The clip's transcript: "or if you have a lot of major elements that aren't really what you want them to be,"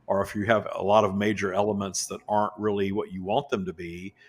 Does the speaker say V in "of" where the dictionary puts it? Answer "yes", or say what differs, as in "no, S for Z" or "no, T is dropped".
yes